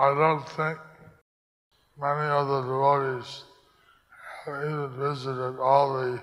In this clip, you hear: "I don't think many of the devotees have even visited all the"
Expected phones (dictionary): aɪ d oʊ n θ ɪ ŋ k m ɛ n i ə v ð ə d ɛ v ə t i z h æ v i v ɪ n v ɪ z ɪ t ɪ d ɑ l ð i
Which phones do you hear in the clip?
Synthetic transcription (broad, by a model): aɪ d oʊ n θ ɪ ŋ k m ɛ n i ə ð ə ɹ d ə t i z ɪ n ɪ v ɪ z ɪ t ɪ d ɑ l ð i